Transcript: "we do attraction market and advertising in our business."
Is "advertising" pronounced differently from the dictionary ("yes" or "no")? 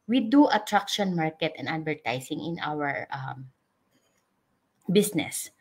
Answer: yes